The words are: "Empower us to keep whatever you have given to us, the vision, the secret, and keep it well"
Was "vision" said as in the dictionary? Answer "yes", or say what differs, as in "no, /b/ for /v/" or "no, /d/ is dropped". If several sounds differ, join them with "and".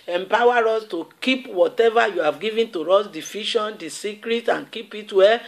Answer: no, /f/ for /v/ and /ʃ/ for /ʒ/